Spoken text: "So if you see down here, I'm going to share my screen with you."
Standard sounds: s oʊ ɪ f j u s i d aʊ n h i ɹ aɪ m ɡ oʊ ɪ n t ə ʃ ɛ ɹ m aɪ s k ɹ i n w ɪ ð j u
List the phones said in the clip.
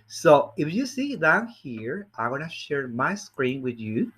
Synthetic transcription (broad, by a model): s oʊ ɪ f j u s i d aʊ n h i ɹ aɪ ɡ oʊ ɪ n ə ʃ ɛ ɹ m aɪ s k ɹ i n w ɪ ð j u